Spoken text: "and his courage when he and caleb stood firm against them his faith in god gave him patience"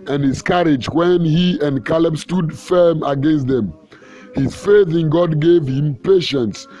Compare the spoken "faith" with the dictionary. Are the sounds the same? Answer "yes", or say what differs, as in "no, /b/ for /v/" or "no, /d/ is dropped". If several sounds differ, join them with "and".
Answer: yes